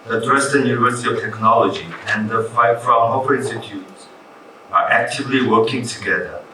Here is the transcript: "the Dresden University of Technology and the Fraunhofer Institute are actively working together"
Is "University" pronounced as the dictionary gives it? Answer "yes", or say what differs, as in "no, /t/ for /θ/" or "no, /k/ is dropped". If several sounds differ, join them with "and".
yes